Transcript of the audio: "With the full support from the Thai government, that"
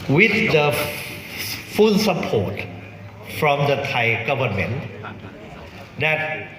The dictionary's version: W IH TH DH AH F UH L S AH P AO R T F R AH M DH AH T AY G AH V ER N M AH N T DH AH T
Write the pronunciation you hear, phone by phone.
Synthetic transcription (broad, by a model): W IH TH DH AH F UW N S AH P AO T F R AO M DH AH T AY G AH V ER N M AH N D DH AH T